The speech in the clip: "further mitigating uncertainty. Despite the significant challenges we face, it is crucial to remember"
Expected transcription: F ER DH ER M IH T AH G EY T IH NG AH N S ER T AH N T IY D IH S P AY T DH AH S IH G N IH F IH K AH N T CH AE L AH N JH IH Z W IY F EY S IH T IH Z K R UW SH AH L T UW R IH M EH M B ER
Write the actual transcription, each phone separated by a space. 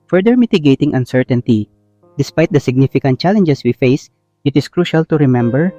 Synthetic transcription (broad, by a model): F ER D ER M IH T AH G EY T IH NG AH N S ER T AH N T IY D IH S P AY T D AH S IH G N IH F IH K AH N T CH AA L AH N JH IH S W IY F EY S IH T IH S K R UW SH AH L T UW R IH M EH M B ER